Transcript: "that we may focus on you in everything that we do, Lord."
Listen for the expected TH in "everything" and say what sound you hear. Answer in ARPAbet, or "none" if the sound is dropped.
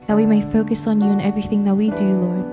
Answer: TH